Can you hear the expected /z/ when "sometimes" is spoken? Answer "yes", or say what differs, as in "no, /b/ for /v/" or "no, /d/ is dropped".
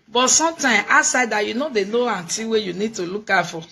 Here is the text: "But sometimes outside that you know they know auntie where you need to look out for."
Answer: no, /z/ is dropped